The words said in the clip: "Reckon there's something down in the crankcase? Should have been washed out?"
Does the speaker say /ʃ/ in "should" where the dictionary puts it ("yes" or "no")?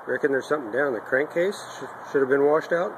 yes